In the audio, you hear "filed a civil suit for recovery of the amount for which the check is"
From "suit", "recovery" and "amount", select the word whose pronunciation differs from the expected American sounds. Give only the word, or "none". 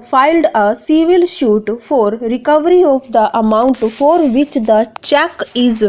suit